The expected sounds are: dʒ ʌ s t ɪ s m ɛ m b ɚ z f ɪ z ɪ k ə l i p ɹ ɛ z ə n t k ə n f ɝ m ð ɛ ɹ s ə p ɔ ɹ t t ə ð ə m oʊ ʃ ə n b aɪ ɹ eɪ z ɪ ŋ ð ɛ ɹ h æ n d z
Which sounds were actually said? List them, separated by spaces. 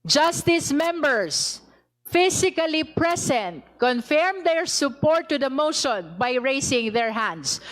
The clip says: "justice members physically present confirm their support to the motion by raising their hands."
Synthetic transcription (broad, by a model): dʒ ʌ s t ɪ s m ɛ m b ɚ s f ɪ s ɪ k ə l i p ɹ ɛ s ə n t k ə n f ɝ m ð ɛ ɹ s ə p ɔ ɹ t t ə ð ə m oʊ ʃ ə n b aɪ ɹ eɪ s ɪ ŋ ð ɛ ɹ h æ n d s